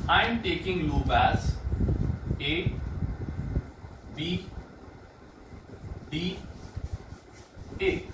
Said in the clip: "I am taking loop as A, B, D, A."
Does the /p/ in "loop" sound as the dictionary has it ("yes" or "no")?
no